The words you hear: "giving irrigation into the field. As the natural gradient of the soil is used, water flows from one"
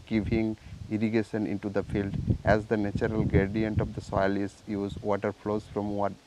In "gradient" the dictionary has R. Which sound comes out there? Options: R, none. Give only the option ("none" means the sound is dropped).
none